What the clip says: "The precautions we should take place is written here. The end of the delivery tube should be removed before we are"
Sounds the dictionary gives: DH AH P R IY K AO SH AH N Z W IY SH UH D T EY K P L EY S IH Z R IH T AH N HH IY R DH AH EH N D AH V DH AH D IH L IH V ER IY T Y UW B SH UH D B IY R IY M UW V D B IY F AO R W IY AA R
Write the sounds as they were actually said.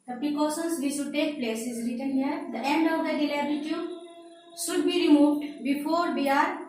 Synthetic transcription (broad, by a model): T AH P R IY K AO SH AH N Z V IY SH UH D T EY K P L EY S IH Z R IH T AH N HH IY R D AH EH N D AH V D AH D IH L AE B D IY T Y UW SH UH D B IY R IY M UW V D B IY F AO R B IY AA R